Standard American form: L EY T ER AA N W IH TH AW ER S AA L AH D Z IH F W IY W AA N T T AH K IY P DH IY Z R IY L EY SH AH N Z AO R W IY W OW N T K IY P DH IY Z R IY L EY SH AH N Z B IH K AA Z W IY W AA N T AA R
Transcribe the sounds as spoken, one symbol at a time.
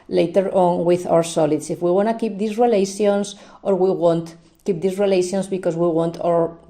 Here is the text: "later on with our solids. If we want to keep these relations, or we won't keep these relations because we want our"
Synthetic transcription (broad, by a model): L EY T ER AA N W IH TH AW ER S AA L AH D S IH F W IY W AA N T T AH K IY P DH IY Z R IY L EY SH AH N S AO R W IY W OW N T K IY P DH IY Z R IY L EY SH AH N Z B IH K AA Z W IY W AA N T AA R